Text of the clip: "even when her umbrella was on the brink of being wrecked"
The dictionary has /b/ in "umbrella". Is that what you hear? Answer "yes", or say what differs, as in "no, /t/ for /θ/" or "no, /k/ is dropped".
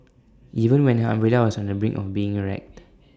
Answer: no, /b/ is dropped